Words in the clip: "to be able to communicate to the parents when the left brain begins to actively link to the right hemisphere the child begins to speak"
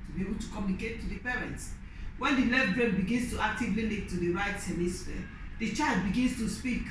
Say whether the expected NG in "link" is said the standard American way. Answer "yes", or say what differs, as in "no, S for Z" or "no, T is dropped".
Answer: no, NG is dropped